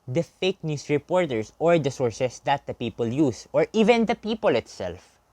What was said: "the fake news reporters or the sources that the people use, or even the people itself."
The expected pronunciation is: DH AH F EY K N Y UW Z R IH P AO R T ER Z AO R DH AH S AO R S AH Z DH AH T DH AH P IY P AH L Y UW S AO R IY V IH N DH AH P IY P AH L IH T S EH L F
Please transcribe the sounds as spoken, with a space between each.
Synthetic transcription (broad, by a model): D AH F EY K N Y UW S R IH P AO R T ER S AO R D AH S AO R S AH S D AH T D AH P IY P AH L Y UW S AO R IY V IH N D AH P IY P AH L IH T S EH L F